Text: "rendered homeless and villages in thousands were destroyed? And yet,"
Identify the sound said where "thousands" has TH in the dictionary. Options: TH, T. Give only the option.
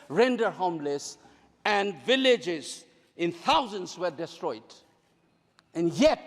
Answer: T